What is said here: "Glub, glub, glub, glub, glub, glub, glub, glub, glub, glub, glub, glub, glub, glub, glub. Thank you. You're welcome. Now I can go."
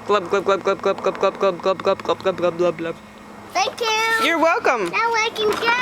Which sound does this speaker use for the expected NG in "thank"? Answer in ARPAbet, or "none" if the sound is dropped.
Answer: none